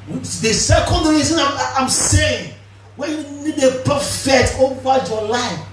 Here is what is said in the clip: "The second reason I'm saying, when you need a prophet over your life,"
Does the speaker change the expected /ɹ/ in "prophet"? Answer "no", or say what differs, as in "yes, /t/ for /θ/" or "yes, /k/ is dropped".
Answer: yes, /ɹ/ is dropped